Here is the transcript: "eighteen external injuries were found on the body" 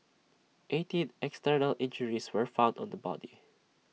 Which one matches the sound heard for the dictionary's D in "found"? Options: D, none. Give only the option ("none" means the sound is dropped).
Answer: D